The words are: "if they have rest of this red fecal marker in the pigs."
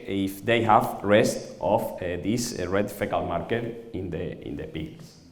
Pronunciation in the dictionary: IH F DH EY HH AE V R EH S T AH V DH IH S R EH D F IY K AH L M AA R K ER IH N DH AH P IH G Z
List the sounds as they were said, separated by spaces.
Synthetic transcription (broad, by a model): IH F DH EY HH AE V R EH S T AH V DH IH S R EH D F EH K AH L M AA R K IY IH N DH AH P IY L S